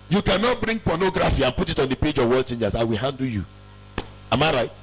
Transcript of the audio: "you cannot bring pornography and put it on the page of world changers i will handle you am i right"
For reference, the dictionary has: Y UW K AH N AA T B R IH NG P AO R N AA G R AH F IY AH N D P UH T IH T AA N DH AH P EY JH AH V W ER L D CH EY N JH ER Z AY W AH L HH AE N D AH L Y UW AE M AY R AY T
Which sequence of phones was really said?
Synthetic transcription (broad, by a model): Y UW K AH N AA T B R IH NG P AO N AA G R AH F IY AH N P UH T IH T AA N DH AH P EY JH AH V W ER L CH EY N JH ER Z AY W AH L HH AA N D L Y UW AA M AY R AY T